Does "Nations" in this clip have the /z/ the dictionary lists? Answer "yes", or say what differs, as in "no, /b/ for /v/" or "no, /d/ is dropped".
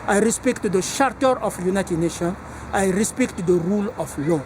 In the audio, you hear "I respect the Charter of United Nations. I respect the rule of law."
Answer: no, /z/ is dropped